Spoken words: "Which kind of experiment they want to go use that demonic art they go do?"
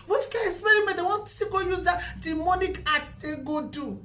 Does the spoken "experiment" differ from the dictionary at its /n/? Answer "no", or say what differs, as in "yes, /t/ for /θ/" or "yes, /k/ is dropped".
yes, /n/ is dropped